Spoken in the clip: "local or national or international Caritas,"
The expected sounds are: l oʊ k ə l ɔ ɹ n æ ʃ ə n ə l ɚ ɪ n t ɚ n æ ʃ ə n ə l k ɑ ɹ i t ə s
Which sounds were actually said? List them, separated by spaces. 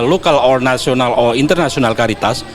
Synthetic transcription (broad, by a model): l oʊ k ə l ɔ ɹ n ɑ s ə n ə l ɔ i n t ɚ n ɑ s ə n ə l k ɑ ɹ i t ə s